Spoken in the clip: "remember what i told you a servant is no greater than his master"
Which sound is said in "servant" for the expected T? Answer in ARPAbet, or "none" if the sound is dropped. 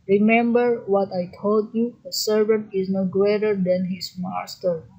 T